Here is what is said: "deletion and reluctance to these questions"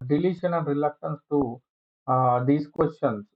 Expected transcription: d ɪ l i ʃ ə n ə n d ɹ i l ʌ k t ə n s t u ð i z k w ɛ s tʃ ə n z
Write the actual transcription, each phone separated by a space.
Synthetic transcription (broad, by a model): d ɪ l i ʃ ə n ə n d ɹ i l ʌ k t ə n s t u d i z k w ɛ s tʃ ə n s